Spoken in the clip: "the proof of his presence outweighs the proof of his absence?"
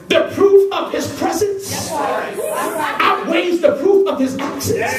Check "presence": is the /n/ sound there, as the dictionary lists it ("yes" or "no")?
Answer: yes